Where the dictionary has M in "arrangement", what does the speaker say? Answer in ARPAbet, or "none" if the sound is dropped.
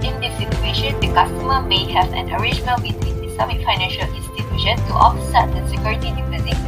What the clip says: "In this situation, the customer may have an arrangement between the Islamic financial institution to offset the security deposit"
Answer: none